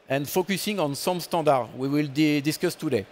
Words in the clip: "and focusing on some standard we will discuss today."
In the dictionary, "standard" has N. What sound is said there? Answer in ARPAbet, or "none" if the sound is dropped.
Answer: none